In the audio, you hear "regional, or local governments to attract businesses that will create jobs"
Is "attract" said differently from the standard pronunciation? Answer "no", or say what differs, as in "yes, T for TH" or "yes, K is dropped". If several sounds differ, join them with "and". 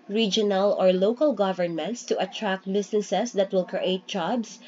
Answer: no